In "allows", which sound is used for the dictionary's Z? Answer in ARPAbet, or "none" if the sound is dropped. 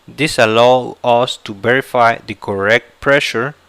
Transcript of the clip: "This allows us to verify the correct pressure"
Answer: none